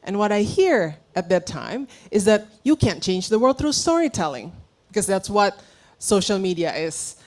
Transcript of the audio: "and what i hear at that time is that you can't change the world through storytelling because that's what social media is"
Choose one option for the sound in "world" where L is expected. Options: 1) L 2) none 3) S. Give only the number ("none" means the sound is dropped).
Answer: 2